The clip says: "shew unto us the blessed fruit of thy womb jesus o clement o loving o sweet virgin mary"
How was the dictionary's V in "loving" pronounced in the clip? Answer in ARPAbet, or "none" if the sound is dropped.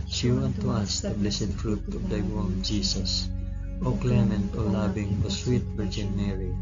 B